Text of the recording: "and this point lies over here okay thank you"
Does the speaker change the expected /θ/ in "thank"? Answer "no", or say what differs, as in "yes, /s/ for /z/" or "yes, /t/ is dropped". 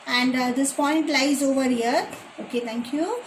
yes, /t/ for /θ/